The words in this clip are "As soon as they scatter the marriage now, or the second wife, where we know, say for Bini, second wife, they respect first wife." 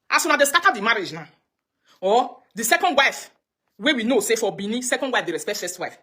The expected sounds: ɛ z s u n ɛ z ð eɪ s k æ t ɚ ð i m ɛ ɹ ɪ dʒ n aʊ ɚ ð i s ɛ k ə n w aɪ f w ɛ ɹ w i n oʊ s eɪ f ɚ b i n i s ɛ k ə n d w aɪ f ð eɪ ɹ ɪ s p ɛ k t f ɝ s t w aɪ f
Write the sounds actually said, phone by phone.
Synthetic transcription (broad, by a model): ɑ s u n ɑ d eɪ s k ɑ t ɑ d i m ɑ ɹ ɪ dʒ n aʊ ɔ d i s ɛ k ə n w aɪ f w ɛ w i n oʊ s eɪ f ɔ b i n i s ɛ k ə n d w aɪ f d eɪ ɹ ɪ s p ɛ t f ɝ s t w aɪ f